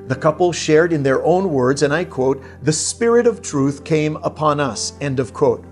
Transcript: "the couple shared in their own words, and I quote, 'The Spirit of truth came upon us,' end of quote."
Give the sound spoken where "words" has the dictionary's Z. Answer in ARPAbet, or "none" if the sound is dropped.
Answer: Z